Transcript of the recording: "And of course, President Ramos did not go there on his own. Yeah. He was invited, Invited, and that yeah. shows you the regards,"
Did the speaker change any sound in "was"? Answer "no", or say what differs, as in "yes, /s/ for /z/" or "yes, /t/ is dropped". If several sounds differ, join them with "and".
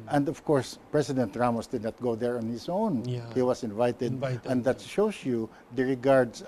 yes, /s/ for /z/